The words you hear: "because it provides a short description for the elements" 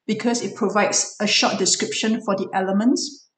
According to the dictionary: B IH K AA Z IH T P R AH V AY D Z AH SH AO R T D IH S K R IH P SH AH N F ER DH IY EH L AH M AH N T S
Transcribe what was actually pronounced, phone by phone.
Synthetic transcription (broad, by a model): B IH K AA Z IH T P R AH V AY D S AH SH AO T D IH S K R IH P SH AH N F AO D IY EH L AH M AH N T S